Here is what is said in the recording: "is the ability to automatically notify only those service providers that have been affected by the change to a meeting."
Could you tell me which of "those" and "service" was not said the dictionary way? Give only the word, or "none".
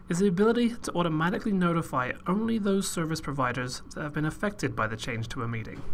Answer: none